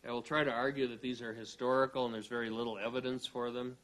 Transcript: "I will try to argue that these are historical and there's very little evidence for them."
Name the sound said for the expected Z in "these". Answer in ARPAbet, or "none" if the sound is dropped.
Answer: Z